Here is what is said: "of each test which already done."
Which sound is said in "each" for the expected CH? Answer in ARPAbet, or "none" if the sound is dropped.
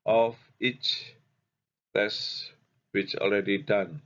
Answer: CH